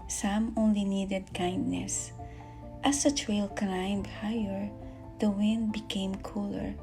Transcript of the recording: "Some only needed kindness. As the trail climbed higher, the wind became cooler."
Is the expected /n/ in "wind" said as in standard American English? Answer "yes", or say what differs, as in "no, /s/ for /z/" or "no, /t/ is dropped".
yes